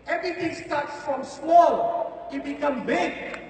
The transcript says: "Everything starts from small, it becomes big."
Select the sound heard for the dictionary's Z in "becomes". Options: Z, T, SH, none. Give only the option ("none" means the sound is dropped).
none